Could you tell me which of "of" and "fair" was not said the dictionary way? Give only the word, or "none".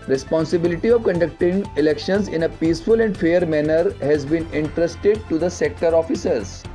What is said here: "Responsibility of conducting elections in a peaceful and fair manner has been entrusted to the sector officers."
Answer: none